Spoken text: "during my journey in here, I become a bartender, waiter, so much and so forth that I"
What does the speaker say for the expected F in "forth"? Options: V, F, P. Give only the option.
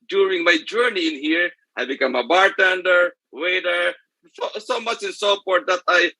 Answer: P